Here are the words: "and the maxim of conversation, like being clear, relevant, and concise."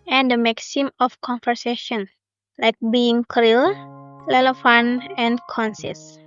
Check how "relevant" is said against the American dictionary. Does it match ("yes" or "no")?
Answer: no